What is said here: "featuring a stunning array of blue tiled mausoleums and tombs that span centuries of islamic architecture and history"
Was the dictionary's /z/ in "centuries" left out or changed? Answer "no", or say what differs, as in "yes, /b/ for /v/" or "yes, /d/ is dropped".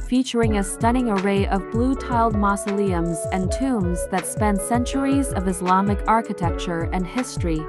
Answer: no